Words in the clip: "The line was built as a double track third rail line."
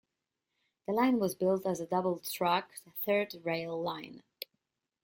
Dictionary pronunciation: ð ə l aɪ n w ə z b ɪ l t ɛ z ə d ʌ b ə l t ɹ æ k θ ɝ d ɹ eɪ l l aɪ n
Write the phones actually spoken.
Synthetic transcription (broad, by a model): ð ə l aɪ n w ə z b ɪ l t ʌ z ə d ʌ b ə l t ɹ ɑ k θ ɝ d ɹ eɪ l l aɪ n